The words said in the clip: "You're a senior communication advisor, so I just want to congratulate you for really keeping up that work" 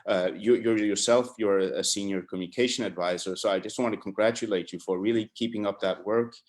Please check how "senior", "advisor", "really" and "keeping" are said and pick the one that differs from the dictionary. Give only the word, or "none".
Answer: none